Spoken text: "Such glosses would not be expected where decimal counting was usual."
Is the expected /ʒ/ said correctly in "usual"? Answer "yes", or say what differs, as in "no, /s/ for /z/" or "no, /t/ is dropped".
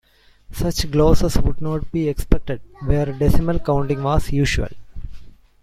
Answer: no, /ʃ/ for /ʒ/